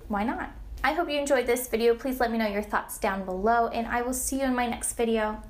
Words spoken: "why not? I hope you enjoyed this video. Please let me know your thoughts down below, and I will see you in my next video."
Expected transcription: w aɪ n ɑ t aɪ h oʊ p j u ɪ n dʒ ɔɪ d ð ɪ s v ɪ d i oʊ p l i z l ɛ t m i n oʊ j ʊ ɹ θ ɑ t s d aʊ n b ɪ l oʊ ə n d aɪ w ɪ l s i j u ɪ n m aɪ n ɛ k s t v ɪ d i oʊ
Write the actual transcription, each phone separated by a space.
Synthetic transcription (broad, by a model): w aɪ n ɑ t aɪ h oʊ p j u ɪ n dʒ ɔɪ d ð ɪ s v ɪ d i oʊ p l i z l ɛ t m i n oʊ j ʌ ɹ θ ɑ t s d aʊ n b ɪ l oʊ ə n aɪ w ɪ l s i j u ɪ n m aɪ n ɛ k s t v ɪ d i oʊ